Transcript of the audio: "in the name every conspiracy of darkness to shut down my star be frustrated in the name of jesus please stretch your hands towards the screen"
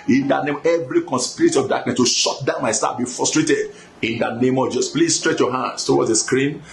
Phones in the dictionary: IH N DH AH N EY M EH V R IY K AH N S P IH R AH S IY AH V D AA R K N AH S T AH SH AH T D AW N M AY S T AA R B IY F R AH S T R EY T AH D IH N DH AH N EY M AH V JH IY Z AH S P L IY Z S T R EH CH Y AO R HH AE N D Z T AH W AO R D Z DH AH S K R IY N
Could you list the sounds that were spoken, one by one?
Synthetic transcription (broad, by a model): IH N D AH N EY M EH V R IY K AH N S P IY R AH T IY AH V D AA K N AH S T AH SH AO T D AW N M AY S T AA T B IY F R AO S T R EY T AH D IH N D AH N EY M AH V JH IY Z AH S P L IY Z S T R EH CH Y AO HH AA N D S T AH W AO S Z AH S K R IY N